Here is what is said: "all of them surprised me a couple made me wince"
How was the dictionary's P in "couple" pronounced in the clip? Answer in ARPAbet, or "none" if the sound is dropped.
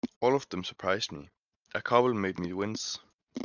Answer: B